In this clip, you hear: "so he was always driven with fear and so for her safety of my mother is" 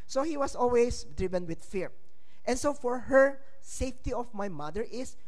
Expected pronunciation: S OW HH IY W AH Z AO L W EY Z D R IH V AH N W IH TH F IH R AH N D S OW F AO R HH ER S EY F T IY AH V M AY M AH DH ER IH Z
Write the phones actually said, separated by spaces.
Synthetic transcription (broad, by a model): S OW HH IY W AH S AO L W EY S D R IH V AH N W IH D F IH R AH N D S OW F AO R HH ER S EY F T IY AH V M AY M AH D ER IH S